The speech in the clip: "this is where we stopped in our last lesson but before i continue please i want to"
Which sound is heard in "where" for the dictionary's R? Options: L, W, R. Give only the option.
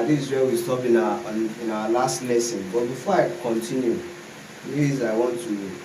L